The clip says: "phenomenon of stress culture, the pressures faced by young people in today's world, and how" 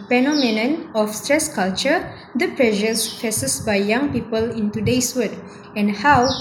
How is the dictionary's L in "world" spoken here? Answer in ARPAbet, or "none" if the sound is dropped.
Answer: none